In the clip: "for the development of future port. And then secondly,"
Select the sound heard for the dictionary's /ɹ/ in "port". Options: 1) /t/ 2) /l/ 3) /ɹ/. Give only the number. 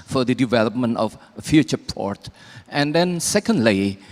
3